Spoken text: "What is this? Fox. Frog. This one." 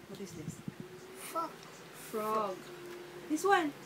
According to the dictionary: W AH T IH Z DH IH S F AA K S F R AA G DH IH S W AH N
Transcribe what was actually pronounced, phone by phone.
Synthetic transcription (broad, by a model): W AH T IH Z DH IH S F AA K F R AA G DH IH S W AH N